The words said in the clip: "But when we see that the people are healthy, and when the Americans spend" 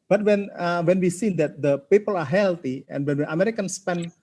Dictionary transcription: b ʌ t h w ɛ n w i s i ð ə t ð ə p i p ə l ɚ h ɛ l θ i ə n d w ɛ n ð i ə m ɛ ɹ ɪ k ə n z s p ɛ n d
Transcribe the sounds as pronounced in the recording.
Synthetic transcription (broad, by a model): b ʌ t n w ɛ n w i s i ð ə t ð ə p i p ə l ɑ h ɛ l t i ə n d w ɛ n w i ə m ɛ ɹ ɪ k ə n s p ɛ n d